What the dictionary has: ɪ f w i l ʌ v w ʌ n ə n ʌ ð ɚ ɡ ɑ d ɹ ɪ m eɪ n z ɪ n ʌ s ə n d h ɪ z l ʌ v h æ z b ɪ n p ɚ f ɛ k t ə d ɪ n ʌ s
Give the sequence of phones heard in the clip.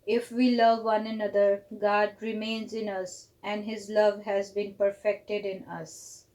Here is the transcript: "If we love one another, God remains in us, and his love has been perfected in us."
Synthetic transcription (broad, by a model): ɪ f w i l ʌ v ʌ n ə n ʌ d ɚ ɡ ɑ d ɹ ɪ m eɪ n z ɪ n ʌ s ə n d h ɪ z l ʌ v h æ z b ɪ n p ɚ f ɛ k t ə d ɪ n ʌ s